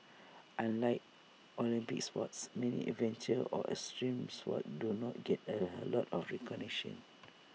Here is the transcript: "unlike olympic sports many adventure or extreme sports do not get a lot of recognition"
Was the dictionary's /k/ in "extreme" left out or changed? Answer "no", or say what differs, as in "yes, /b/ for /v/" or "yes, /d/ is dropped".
yes, /k/ is dropped